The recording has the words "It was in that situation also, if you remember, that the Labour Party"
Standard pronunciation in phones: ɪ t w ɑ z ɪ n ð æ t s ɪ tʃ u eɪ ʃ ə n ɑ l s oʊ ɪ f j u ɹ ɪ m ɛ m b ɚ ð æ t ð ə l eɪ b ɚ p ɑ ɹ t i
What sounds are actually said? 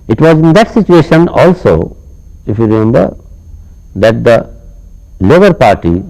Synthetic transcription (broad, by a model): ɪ t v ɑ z ɪ n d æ t s ɪ tʃ u eɪ ʃ ə n ɑ l s oʊ ɪ f j u ɹ ɪ m ɛ m b ɚ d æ t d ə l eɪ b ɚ p ɑ ɹ t i